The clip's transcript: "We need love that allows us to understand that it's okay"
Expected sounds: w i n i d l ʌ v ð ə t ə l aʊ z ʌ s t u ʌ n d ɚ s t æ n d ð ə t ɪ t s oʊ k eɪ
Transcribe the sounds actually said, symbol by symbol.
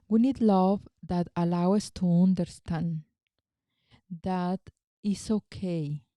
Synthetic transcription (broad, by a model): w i n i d l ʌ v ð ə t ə l aʊ ʌ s t u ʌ n d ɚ s t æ n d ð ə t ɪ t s oʊ k eɪ